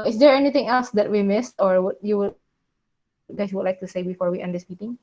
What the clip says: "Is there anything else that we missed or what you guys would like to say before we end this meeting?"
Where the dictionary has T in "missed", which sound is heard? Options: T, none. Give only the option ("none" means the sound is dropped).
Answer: T